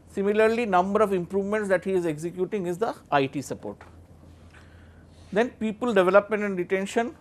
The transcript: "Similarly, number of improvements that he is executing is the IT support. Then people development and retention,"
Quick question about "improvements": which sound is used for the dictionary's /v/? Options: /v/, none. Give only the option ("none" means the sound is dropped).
/v/